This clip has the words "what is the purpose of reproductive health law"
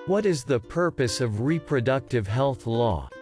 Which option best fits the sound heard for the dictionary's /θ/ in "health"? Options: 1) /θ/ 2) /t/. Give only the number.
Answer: 1